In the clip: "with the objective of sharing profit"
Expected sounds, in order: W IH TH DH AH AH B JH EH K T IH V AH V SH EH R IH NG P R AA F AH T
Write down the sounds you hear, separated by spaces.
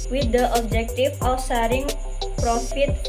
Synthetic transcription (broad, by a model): W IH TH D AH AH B JH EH K T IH F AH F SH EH R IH NG P R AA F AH T